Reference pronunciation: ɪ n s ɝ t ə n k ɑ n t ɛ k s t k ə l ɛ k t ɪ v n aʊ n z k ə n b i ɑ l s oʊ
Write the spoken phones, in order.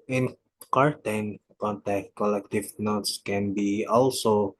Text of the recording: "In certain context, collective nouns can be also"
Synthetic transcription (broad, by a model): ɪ n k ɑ t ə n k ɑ n t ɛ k t k ə l ɛ k t ɪ v n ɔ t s k ə n b i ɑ l s oʊ